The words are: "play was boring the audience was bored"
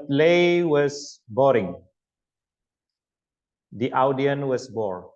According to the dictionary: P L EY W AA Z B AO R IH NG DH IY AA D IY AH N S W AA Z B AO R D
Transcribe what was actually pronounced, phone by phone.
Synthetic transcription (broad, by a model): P L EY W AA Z B AO R IH NG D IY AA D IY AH N W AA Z B AO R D